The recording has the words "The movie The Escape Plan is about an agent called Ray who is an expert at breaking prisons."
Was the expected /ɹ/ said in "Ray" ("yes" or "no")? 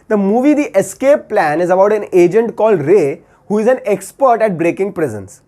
yes